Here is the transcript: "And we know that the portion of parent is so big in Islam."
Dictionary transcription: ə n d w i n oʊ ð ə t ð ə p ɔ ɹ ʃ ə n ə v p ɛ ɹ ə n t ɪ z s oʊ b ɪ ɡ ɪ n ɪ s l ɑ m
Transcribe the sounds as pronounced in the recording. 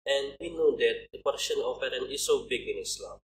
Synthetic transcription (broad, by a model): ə n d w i n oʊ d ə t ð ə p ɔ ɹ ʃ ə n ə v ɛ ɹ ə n ɪ s oʊ b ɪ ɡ ɪ n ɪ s l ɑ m